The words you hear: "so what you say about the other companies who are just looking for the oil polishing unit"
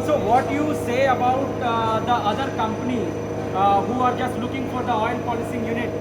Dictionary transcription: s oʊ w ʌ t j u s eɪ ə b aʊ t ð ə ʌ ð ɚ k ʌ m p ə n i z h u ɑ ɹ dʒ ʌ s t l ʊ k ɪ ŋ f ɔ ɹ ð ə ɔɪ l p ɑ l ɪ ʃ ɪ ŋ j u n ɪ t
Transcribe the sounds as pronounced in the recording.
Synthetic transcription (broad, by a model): s oʊ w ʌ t j u s eɪ ə b aʊ t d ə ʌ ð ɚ k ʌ m p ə n i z h u ɑ ɹ dʒ ʌ s t l ʊ k ɪ ŋ f ɔ ɹ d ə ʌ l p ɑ l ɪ s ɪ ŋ j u n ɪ t